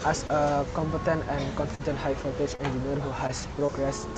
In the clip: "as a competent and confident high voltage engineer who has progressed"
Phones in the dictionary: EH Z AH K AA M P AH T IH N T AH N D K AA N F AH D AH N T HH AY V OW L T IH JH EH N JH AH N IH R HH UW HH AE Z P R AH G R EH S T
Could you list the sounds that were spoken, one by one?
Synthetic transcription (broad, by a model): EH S AH K AA M P AH T IH N T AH N K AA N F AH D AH N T HH AY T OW T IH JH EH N JH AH N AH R HH UW HH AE S P R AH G R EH S